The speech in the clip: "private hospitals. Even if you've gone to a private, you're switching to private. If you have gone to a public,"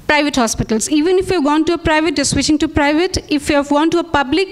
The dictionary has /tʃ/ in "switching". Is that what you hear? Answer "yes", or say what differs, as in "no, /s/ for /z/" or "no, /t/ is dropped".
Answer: no, /ʃ/ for /tʃ/